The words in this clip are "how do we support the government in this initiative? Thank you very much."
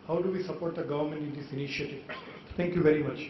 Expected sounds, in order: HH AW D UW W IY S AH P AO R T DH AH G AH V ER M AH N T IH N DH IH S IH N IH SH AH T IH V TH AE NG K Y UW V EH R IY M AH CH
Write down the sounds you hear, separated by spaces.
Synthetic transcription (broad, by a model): HH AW D UW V IY S AH P AO R T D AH G AH V ER M AH N T IH N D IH S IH N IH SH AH T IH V T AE NG K Y UW V EH R IY M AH CH